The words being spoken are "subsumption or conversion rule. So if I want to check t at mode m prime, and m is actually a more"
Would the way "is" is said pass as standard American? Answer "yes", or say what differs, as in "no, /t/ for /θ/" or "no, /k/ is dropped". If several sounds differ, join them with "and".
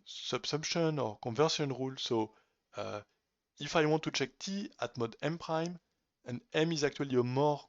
yes